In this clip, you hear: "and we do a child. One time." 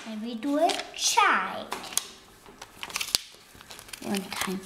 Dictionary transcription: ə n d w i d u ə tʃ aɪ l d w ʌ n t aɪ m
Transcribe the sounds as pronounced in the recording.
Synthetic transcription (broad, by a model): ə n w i d u ə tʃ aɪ d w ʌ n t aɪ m